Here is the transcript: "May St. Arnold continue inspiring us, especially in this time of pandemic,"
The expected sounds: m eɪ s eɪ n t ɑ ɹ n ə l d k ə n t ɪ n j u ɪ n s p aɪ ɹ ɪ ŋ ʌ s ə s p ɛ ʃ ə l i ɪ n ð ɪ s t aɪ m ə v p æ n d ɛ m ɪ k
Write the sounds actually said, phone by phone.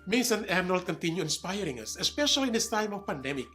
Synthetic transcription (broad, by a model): m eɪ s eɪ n ɑ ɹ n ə l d k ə n t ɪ n j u ɪ n s p aɪ ɹ ɪ ŋ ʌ s ə s p ɛ ʃ ə l i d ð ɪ s t aɪ m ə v p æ n d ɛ m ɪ k